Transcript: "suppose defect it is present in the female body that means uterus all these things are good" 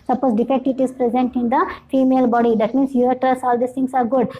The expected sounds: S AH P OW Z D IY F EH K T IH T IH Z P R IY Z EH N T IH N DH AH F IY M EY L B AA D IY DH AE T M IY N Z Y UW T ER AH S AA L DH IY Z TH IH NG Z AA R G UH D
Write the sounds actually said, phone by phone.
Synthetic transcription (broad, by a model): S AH P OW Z D IY F EH K T IH T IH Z P R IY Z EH N T IH N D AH F IY M EY L B AA D IY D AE T M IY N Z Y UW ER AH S AA L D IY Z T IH NG S AA R G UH D